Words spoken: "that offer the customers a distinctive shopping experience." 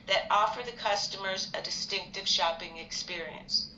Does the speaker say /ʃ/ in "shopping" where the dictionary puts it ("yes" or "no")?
yes